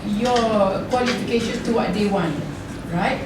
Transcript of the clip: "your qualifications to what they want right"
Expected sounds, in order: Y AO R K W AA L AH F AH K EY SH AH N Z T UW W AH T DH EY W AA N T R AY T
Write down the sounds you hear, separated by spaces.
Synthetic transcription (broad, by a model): Y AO K W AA L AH F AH K EY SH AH N T UW W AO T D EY W AA N T R AY T